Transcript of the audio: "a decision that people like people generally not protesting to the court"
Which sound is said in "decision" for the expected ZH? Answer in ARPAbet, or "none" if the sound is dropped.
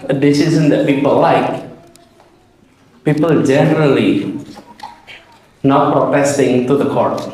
Z